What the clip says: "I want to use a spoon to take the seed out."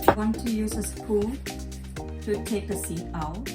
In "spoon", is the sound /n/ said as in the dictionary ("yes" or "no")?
no